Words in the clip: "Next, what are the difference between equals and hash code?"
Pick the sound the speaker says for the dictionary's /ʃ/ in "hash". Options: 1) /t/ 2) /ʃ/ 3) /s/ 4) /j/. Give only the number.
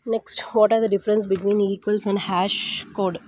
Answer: 2